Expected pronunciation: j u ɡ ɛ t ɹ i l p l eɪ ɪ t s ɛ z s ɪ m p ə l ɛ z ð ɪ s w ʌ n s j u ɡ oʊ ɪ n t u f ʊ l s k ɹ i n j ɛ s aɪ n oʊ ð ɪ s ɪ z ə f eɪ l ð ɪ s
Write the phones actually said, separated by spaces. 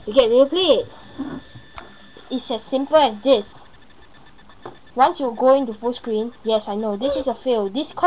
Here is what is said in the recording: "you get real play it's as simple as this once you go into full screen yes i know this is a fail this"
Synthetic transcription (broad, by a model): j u ɡ ɛ t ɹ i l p l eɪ ɪ t s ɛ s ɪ m p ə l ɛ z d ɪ s w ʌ n s j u ɡ oʊ ɪ n t u f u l s k ɹ i n j ɛ s aɪ n oʊ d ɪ s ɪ s ə f eɪ l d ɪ s